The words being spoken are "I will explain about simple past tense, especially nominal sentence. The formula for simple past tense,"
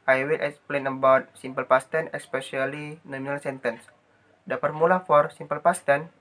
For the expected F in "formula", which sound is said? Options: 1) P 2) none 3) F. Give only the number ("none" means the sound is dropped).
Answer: 1